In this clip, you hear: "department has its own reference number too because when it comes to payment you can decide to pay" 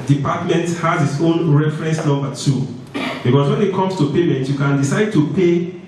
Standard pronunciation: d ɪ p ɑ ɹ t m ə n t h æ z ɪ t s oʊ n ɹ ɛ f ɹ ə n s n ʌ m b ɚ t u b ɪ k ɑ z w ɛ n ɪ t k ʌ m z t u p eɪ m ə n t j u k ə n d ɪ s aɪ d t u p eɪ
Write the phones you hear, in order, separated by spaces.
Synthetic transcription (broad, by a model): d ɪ p ɑ t m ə n t h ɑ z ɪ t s oʊ n ɹ ɛ f ɹ ə n s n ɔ b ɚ t u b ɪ k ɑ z w ɛ n ɪ t k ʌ m s t u p eɪ m ə n t j u k ə n d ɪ s aɪ d t u p eɪ